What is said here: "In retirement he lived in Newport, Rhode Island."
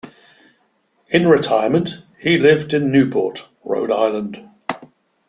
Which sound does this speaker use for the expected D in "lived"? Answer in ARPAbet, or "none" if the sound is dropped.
D